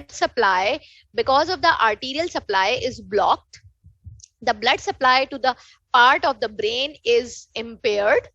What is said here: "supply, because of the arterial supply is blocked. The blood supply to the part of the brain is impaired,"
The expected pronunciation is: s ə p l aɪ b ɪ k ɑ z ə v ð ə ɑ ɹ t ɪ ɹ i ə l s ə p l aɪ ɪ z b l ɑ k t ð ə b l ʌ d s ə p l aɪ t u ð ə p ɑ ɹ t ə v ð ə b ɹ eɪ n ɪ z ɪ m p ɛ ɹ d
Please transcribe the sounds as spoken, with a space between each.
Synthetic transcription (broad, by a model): s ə p l aɪ b ɪ k ɑ z ə v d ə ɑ ɹ t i ɹ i ə l s ə p l aɪ ɪ z b l ɑ k t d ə b l ʌ d s ə p l aɪ t u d ə p ɑ ɹ t ə v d ə b ɹ eɪ n ɪ z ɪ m p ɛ ɹ d